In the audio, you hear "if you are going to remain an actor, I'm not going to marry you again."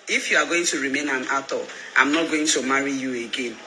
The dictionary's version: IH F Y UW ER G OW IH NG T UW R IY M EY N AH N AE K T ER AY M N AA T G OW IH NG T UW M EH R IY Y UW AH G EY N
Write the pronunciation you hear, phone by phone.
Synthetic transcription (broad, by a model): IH F Y UW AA G OW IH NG T UW R IY M EY N AH N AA T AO AY M N AA T G OW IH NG T UW M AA R IY Y UW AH G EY N